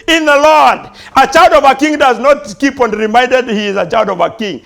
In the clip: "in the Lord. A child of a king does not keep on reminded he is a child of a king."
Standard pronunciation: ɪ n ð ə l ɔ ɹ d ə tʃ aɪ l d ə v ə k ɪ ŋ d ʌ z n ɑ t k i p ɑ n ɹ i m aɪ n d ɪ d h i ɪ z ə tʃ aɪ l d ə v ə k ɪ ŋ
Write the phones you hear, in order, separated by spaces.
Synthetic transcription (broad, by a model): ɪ n ð ə l ɔ ɹ d ə tʃ aɪ l d ə v ə k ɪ ŋ d ʌ z n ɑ t k i p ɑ n ɹ i m aɪ n d ɪ d h i ɪ z ə tʃ aɪ l d ə v ə k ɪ ŋ